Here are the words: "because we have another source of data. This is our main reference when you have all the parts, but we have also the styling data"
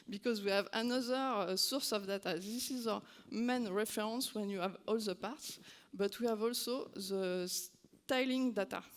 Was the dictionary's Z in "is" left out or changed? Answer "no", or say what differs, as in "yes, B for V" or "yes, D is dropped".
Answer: no